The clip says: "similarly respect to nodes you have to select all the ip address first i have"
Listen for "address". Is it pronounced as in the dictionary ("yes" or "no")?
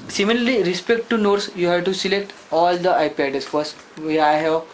no